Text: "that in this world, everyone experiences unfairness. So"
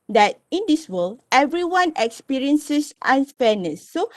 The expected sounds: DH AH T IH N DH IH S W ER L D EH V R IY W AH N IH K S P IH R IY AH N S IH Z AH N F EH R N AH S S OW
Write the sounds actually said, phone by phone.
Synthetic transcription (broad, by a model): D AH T IH N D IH S W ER L EH V R IY W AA N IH K S P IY R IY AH N S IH S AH N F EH N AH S S OW